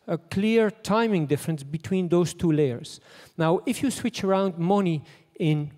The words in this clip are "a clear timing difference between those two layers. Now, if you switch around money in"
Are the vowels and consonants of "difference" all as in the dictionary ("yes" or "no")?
yes